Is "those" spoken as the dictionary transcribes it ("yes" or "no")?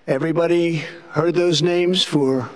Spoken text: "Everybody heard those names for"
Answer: yes